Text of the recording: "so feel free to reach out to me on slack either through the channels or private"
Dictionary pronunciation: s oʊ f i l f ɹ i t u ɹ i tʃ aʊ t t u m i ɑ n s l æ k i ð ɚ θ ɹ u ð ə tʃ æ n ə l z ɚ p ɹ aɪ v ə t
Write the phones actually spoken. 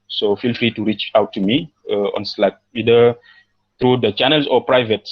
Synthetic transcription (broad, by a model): s oʊ f i l f ɹ i t u ɹ i tʃ aʊ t t u m i ɑ n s l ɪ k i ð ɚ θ ɹ u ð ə tʃ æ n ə l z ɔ p ɹ aɪ v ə t